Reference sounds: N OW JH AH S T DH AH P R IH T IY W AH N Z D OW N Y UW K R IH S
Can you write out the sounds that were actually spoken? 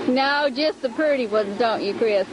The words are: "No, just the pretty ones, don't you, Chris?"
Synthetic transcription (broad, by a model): N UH JH AH S T DH AH P R IH T IY W AH N Z D OW N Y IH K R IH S